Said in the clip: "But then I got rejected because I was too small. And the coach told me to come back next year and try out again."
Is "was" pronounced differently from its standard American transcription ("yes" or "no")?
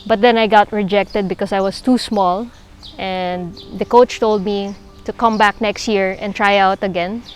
yes